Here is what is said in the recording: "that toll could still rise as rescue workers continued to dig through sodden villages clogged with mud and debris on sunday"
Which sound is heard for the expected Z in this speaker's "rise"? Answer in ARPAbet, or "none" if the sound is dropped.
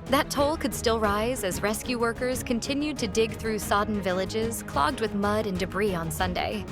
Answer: Z